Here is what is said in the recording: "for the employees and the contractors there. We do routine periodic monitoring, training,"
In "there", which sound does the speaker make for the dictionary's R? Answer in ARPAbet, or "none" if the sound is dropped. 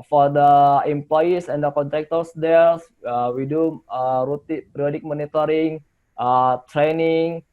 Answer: L